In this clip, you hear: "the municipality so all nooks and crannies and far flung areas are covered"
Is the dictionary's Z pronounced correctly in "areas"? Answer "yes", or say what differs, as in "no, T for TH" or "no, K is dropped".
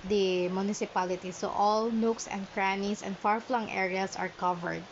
no, S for Z